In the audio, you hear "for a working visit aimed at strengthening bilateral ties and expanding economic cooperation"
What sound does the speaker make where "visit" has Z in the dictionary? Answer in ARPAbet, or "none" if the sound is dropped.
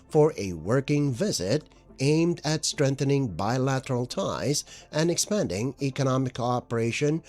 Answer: Z